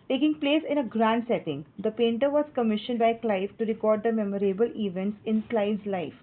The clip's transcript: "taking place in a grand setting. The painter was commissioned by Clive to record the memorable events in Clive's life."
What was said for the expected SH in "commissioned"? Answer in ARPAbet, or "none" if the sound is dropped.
SH